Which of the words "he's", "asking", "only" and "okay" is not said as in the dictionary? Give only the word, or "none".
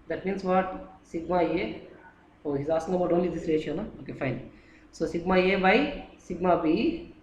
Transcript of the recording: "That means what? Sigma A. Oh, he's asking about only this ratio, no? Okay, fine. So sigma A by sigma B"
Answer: asking